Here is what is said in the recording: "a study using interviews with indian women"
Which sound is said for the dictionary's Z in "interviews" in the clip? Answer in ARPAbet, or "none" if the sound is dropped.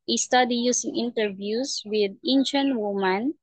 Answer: S